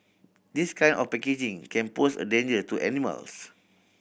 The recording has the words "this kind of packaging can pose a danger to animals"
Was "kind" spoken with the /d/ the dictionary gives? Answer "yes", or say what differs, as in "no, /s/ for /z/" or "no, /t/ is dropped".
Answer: no, /d/ is dropped